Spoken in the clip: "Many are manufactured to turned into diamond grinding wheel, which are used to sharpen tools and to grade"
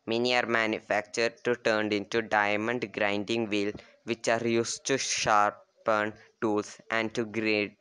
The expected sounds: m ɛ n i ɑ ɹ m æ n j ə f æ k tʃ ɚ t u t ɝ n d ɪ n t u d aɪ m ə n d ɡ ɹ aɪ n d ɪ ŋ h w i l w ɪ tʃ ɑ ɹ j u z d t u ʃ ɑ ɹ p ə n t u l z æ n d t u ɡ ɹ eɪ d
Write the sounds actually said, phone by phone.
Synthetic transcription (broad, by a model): m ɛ n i ɑ ɹ m æ n j ə f æ k tʃ ɚ t u t ɝ n d ɪ n t u d aɪ m ə n d ɡ ɹ aɪ n d ɪ ŋ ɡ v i l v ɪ tʃ ɑ ɹ j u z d t u ʃ ɑ ɹ p ə n t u l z æ n d t u ɡ ɹ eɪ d